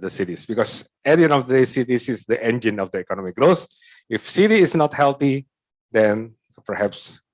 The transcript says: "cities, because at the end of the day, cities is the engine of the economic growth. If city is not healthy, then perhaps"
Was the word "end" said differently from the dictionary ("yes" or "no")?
yes